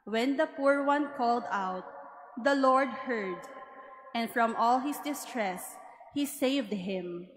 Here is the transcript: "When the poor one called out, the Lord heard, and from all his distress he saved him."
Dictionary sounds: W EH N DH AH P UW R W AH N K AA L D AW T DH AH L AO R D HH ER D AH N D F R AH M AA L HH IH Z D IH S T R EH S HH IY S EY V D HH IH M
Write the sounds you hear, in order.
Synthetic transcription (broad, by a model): W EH N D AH P UW R W AH N K AA L D AW T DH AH L AO R D HH ER D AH N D F R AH M AA L HH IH S D IH S T R EH S HH IY S EY V D HH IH M